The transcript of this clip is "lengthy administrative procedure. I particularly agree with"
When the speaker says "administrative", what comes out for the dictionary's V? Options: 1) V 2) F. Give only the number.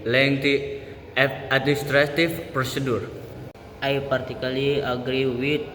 2